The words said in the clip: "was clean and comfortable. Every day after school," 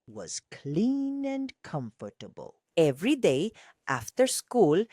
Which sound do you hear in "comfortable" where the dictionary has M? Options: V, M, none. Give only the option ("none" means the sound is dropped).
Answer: M